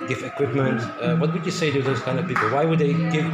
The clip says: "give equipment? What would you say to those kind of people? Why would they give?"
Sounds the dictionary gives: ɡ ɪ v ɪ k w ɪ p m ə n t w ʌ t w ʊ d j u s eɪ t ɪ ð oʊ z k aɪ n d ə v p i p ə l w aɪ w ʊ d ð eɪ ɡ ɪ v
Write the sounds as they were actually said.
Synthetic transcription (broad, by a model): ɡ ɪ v ɪ k w ɪ p m ə n t w ʌ t w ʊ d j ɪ s eɪ t ɪ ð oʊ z k aɪ n d ə v p i p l w aɪ w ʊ d ð eɪ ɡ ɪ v